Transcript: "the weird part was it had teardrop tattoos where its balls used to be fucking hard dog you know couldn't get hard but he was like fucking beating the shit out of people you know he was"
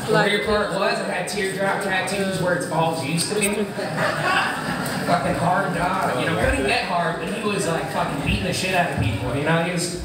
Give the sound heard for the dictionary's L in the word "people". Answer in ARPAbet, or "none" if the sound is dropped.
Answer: N